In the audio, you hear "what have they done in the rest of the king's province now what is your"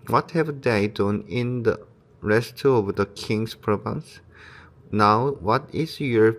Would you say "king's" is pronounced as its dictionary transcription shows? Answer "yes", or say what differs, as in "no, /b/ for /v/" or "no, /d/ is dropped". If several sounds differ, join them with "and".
no, /s/ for /z/